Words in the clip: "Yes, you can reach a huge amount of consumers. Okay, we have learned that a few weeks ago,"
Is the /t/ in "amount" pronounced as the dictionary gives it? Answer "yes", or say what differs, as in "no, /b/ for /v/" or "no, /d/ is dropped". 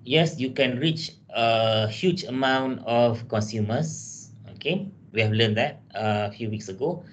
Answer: yes